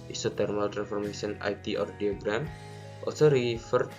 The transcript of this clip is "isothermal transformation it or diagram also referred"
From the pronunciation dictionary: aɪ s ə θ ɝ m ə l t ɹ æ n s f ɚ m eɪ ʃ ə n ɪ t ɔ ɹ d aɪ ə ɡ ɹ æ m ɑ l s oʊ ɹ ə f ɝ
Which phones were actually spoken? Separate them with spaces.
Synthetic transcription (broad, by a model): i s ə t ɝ m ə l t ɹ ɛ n f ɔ m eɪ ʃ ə n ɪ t ɔ ɹ d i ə ɡ ɹ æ m ɑ l s oʊ ɹ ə f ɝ